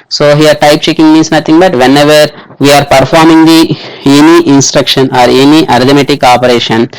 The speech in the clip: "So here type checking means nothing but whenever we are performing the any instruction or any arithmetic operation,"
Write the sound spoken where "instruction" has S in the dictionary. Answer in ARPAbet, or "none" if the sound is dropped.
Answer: S